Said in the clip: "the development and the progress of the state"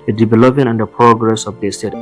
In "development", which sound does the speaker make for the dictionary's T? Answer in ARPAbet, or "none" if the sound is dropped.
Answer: none